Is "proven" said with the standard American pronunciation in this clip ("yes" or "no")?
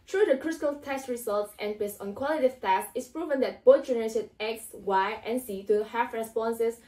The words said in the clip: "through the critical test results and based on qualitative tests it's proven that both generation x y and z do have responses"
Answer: yes